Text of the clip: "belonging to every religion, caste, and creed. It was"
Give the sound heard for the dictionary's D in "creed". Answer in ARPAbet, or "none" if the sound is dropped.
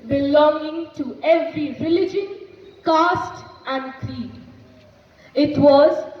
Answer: none